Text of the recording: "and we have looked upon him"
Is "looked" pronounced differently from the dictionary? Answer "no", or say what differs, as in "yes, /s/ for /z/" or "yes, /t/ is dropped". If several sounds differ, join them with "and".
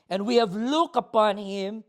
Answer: yes, /t/ is dropped